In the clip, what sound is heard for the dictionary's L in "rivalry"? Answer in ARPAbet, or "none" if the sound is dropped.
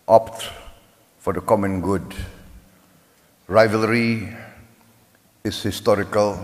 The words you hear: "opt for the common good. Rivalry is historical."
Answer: L